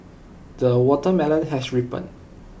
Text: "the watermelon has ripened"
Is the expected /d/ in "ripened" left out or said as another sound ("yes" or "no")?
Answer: yes